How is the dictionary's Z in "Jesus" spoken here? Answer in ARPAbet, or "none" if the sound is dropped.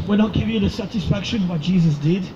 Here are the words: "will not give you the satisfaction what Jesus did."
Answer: Z